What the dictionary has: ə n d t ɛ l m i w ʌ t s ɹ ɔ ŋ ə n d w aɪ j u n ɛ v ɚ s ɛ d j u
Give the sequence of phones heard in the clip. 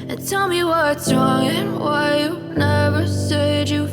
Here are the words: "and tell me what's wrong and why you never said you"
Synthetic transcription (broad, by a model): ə n t ɛ l m i w ʌ t s ɹ ɔ ŋ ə n w aɪ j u n ɛ v ɚ s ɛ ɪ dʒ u